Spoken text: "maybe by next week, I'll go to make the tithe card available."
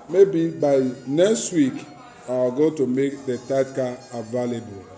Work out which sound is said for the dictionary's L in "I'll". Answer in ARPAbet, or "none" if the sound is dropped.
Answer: W